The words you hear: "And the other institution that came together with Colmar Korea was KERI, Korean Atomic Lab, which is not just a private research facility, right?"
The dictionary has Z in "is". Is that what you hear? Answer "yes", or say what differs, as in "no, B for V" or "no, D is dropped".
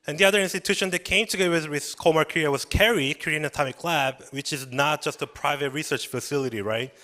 yes